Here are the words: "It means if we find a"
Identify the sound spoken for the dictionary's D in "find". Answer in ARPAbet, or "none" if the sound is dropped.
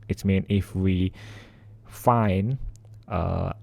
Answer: none